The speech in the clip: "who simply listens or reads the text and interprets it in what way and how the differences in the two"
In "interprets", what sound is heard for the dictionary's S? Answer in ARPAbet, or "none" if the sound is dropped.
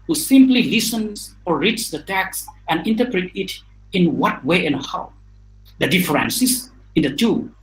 none